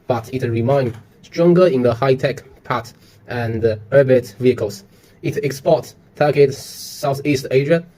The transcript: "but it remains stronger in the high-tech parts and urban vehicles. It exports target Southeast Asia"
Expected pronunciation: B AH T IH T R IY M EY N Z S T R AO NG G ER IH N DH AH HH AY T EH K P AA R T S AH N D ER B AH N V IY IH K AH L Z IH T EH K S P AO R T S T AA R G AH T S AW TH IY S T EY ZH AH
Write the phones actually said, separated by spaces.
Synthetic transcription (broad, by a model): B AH T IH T R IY M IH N S T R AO NG G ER IH N DH AH HH AY T EH K P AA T T AH N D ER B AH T V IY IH K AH L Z IH T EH K S P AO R T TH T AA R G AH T S AW TH IY S T EY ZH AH